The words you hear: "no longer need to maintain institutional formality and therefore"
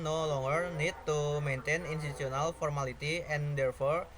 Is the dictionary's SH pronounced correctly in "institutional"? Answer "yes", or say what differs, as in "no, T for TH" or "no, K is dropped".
no, S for SH